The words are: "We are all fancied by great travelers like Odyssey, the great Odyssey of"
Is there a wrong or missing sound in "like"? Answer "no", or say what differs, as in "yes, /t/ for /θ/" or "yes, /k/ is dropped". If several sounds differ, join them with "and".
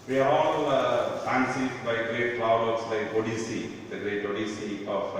yes, /k/ is dropped